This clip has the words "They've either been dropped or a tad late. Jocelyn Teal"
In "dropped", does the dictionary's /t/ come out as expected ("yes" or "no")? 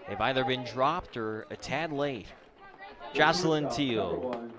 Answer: yes